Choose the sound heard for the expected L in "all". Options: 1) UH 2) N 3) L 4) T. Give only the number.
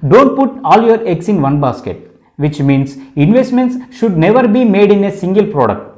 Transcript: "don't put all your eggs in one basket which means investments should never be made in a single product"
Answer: 3